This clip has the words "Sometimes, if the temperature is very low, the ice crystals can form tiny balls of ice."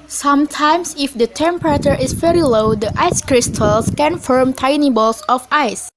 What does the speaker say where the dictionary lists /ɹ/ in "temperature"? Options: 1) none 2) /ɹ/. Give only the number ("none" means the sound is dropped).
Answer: 2